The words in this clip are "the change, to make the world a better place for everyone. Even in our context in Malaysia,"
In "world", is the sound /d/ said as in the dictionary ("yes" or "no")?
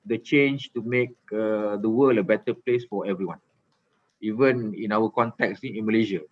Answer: no